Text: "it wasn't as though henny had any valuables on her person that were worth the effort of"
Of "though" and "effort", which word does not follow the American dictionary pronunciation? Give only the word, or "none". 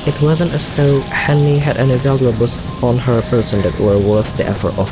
none